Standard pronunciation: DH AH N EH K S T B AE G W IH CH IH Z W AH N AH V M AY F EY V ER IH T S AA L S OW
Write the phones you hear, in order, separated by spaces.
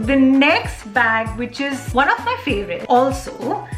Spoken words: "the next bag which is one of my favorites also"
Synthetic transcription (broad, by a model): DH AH N EH K S T B AE G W IH CH IH Z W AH N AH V M AY F EY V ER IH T AA L S OW